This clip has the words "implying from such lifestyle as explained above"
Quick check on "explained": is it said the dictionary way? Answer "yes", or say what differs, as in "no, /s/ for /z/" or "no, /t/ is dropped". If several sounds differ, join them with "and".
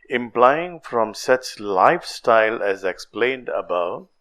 yes